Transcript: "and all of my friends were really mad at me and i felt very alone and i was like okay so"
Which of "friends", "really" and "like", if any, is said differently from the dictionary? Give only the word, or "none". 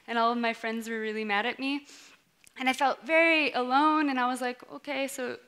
none